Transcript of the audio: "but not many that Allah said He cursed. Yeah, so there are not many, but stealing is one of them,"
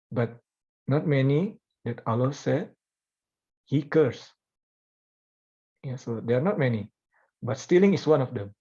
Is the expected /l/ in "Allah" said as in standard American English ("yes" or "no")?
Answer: yes